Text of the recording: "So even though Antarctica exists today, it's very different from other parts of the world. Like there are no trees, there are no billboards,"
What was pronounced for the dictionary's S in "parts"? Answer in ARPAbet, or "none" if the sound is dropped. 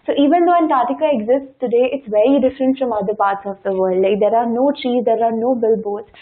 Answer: S